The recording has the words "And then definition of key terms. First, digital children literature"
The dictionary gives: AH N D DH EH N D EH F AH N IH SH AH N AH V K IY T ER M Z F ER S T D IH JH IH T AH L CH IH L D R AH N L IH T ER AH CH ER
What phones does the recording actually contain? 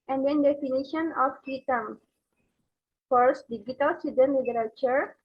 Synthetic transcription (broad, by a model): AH N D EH N D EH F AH N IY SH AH N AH F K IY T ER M F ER S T D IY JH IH T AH L S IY D AH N L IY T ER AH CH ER